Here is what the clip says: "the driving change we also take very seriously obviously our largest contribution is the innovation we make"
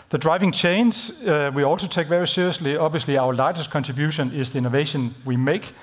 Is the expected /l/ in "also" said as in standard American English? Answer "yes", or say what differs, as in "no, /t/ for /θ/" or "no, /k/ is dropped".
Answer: yes